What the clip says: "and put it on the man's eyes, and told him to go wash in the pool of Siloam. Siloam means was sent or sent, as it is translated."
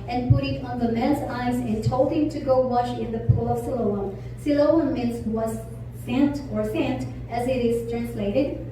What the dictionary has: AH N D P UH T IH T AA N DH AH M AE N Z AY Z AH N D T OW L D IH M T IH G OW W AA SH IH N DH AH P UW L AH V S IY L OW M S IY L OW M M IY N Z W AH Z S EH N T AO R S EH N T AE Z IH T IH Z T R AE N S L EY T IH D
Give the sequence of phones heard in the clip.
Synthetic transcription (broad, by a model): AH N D P UH T IH T AA N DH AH M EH L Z AY Z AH N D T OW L IH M T IH G OW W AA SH IH N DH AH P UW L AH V S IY L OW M S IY L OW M M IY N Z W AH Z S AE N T AO R S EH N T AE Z IH T IH Z T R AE N S L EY T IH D